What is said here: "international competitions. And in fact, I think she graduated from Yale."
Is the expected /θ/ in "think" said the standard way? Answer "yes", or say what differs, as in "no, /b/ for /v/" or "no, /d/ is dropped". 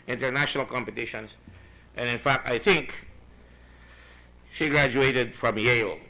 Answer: yes